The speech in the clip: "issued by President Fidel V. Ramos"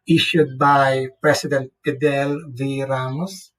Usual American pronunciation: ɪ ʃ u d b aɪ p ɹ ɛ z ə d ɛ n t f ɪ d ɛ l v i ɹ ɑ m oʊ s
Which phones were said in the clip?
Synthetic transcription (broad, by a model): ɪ ʃ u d b aɪ p ɹ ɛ s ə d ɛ n t p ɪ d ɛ l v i ɹ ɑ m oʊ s